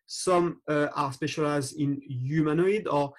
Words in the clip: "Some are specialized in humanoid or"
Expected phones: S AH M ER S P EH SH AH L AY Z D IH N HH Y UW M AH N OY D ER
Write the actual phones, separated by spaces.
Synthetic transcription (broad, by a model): S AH M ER S P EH SH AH L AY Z IH N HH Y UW M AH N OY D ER